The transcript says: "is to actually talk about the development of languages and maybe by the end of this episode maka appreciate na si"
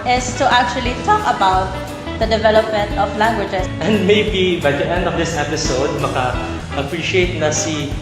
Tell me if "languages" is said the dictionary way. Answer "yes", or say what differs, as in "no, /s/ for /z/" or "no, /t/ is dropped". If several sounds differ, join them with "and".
no, /s/ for /z/